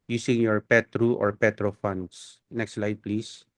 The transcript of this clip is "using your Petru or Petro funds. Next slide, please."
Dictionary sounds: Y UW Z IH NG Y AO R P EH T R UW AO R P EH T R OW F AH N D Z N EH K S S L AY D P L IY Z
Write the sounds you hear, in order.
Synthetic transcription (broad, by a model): Y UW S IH NG Y AO R P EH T R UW AO R P EH T R OW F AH N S N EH K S S L AY D P L IY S